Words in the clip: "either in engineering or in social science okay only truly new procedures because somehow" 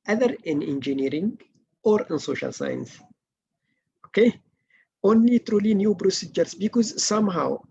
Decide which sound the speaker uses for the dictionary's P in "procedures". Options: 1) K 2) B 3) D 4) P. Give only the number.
2